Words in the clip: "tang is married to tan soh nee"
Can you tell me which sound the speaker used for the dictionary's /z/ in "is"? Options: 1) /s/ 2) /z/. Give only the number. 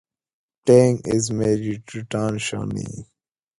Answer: 2